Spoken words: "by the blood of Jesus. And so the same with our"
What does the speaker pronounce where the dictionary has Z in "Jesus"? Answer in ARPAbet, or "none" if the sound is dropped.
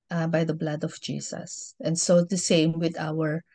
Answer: S